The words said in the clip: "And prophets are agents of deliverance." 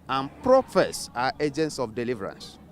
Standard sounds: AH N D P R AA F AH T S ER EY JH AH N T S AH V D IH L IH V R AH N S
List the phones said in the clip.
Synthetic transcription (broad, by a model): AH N P R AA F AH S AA EY JH AH N T S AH F D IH L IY V R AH N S